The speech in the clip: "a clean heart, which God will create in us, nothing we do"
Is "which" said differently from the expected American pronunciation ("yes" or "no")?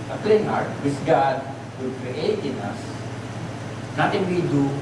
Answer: yes